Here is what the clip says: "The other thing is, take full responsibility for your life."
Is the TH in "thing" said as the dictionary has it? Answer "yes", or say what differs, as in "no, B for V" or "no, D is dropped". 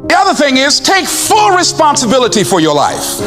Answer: yes